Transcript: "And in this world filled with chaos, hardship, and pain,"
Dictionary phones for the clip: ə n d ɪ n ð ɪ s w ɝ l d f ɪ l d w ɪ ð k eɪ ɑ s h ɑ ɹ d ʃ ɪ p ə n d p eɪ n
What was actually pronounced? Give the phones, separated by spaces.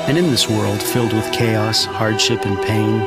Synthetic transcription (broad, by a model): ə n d ɪ n ð ɪ s w ɝ l d f ɪ l d w ɪ ð k eɪ ɑ s h ɑ ɹ d ʃ ɪ p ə n p eɪ n